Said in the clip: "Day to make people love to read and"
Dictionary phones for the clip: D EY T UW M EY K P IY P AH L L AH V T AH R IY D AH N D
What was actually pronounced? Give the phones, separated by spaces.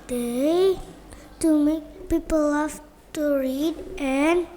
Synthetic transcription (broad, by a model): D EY T UW M EY K P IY P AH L L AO F T AH R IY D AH N